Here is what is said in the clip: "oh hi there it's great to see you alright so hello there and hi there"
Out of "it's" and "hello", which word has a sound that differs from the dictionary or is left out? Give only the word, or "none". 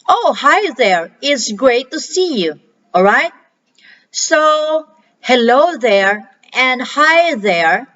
none